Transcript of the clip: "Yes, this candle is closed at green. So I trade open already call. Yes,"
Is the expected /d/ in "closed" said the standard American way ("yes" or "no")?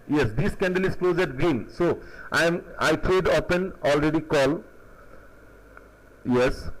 no